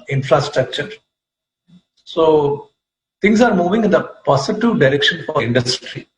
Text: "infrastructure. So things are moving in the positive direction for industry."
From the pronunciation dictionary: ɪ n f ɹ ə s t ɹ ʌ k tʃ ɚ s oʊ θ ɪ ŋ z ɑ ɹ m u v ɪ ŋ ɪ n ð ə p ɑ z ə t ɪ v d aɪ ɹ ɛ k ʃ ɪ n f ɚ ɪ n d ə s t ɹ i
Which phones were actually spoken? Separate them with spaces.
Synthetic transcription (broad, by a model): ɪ n f ɹ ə s t ɹ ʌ k tʃ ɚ s oʊ t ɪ ŋ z ɑ ɹ m u v ɪ ŋ ɪ n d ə p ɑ s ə t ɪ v d aɪ ɹ ɛ k ʃ ɪ n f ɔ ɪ n d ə s t ɹ i